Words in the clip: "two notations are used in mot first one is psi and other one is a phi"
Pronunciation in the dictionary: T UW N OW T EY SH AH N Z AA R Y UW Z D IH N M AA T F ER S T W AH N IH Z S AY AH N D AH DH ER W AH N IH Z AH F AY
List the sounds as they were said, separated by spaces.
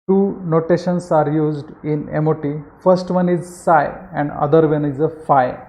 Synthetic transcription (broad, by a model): T UW N OW T EY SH AH N S AA R Y UW Z D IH N M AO T F ER S T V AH N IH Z S AY AH N D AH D ER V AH N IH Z AH F AY